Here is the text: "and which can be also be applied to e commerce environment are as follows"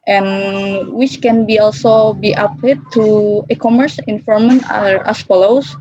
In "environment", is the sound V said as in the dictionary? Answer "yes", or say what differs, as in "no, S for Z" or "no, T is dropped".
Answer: no, F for V